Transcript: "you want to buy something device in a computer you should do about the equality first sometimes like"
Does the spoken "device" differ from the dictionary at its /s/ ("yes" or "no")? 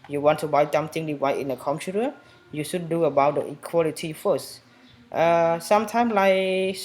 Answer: yes